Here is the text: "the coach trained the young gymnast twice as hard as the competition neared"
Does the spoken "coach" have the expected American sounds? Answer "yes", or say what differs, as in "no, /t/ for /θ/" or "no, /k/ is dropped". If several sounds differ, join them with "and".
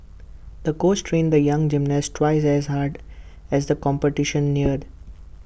no, /s/ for /tʃ/